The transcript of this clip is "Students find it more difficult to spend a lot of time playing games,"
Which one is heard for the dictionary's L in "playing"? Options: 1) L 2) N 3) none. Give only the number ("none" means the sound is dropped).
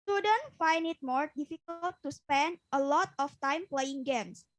1